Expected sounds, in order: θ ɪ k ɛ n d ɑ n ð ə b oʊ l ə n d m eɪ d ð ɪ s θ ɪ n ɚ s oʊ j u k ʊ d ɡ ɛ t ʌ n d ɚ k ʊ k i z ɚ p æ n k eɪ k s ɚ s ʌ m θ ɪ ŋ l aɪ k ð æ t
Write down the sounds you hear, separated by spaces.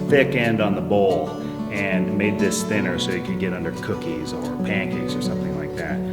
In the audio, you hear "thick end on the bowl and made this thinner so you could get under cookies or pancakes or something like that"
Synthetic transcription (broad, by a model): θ ɪ k ɛ n d n ð ə b oʊ l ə n m eɪ d ð ɪ s θ ɪ n ɚ s oʊ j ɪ k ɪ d ɡ ɛ t ʌ n d ɚ k ʊ k i z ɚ p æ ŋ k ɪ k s ɚ s ʌ m θ ɪ ŋ l aɪ k ð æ t